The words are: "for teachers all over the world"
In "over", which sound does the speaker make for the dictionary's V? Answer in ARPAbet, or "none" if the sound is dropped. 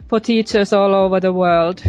V